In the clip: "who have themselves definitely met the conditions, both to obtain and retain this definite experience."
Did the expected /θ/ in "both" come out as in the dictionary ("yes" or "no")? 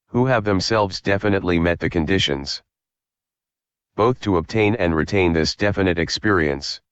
yes